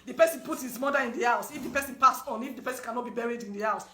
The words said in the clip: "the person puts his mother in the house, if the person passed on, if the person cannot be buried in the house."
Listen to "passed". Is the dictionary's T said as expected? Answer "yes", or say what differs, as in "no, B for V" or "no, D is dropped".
no, T is dropped